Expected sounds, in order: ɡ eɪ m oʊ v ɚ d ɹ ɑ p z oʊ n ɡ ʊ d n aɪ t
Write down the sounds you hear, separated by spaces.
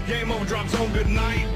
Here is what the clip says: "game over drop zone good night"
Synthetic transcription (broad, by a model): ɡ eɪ m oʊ ʊ d ɹ ɑ p s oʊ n ɡ ʊ d n aɪ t